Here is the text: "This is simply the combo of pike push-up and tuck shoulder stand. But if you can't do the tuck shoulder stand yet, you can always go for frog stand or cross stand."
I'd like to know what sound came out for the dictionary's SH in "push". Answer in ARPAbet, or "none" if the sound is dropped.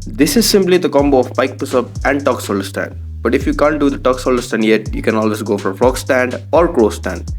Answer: S